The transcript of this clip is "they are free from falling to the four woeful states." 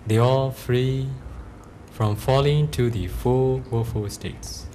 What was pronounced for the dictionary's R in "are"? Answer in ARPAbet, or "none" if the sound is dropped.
L